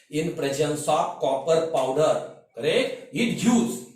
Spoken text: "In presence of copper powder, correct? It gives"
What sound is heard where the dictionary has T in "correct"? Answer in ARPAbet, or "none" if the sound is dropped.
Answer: none